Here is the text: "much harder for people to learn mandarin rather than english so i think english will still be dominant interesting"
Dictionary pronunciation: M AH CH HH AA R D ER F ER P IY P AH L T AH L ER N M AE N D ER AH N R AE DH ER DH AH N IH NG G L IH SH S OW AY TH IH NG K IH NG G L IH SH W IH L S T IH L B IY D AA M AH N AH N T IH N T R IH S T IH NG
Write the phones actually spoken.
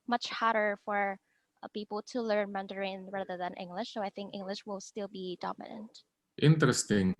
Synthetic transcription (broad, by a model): M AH CH HH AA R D ER F ER P IY P L T AH L ER N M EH N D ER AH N R AE DH ER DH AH N IH NG G L IH SH S OW AY TH IH NG K IH NG G L IH SH W IH L S T IH L B IY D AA M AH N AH N T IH N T R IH S T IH NG